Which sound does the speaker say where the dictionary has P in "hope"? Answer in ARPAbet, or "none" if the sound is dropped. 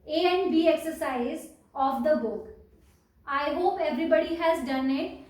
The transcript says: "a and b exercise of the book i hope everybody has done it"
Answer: P